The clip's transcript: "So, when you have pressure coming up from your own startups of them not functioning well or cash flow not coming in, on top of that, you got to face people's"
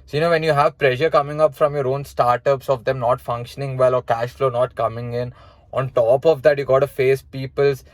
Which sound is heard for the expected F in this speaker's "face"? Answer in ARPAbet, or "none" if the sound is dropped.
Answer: F